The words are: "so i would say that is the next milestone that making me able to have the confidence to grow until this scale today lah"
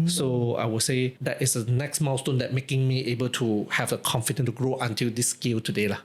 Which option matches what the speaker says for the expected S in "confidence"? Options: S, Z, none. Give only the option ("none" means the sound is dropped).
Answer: none